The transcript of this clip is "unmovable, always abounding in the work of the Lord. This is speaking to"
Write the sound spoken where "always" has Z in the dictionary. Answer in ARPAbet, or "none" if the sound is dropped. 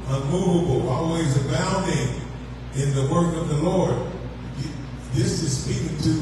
Z